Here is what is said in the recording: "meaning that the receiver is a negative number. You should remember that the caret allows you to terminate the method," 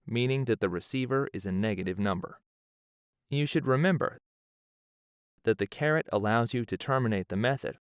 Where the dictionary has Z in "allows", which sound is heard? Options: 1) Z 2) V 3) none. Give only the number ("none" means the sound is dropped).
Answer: 1